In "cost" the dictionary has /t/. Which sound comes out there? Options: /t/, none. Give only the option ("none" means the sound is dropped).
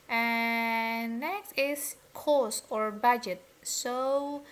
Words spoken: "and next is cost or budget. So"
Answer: none